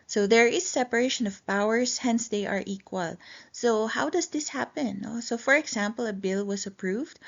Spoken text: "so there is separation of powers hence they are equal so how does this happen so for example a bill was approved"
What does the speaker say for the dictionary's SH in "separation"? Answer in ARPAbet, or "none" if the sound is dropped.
SH